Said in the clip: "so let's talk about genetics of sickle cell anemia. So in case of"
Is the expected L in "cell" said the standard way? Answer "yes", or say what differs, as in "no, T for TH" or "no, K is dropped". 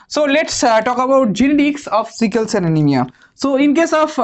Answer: no, N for L